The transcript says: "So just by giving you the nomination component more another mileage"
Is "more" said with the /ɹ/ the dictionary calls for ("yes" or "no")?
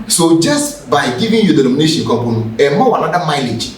no